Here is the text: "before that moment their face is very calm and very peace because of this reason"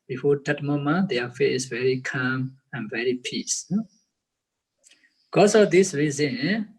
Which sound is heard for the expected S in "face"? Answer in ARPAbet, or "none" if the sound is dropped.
none